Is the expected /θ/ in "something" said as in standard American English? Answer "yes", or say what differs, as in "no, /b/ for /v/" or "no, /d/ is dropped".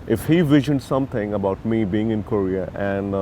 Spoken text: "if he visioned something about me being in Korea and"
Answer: no, /t/ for /θ/